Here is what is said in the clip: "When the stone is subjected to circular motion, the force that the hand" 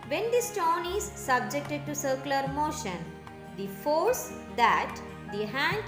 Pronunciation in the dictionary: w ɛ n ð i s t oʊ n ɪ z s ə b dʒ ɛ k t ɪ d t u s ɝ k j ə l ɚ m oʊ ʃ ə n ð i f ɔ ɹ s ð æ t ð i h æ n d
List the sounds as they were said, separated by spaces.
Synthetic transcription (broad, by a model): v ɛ n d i s t oʊ n ɪ z s ə b dʒ ɛ k t ɪ d t u s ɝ k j l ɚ m oʊ ʃ ə n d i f ɔ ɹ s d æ t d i h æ n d